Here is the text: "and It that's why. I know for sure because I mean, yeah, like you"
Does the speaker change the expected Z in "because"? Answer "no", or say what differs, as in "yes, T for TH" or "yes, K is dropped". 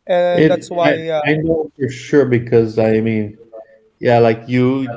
no